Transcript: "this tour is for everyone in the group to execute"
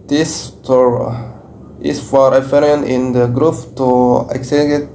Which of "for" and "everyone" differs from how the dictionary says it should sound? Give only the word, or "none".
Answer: everyone